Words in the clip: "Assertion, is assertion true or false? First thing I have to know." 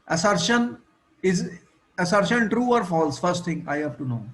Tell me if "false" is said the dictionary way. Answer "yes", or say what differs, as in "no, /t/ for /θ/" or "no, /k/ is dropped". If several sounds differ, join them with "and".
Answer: yes